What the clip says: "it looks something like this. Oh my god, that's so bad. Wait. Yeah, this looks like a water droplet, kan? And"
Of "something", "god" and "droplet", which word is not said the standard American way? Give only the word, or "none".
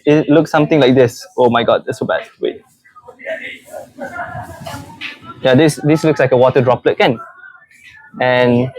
something